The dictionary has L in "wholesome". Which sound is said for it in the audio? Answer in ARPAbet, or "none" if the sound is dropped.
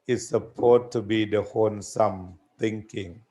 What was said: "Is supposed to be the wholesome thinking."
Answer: N